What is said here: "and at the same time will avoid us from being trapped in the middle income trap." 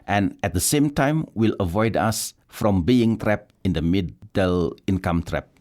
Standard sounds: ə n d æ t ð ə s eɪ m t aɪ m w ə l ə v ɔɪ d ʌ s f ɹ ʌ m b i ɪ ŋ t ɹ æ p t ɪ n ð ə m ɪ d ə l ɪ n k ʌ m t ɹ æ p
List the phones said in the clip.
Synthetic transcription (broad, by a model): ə n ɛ t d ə s eɪ m t aɪ m w ə l ə v ɔɪ d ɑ s f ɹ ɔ m b i ɪ ŋ t ɹ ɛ p ɪ n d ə m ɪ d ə l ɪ n k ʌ m t ɹ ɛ p